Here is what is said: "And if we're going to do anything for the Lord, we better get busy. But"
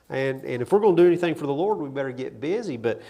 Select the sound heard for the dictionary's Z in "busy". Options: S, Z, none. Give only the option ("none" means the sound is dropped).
Z